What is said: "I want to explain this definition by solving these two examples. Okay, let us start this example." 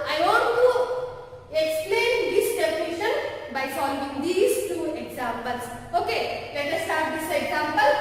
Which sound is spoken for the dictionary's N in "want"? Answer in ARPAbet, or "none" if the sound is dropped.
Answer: none